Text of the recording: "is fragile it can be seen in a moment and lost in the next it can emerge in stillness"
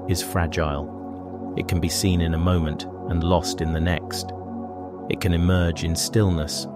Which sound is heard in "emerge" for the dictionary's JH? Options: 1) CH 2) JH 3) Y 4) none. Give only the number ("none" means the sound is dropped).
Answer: 2